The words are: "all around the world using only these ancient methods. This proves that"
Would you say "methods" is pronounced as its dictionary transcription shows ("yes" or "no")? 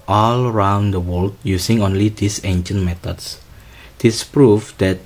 no